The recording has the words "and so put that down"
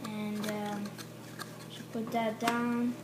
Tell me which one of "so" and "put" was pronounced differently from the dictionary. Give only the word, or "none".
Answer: so